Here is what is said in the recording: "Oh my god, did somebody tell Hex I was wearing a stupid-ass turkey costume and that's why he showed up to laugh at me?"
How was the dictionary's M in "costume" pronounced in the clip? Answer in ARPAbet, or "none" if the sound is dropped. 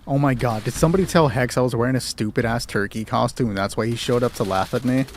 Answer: M